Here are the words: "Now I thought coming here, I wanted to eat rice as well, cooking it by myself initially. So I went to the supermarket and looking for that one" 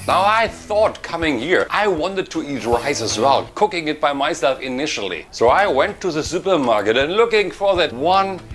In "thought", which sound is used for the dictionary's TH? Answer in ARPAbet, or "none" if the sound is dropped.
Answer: TH